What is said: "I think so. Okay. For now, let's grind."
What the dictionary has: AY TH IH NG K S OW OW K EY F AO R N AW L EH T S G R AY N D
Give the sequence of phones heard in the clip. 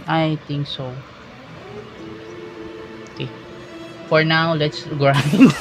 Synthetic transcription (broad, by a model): AY T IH NG K S OW OW K EY F AO R N AW L EH T S G R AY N